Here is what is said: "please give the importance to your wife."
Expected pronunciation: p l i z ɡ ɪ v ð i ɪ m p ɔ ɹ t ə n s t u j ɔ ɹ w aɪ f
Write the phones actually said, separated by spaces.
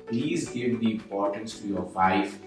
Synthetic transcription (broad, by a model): p l i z ɡ ɪ v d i ɪ m p ɔ ɹ t ə n s t u j ɔ ɹ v aɪ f